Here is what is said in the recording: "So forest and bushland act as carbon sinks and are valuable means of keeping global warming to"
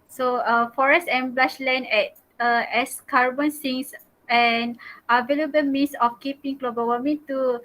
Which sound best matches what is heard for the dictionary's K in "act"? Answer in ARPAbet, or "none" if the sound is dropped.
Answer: none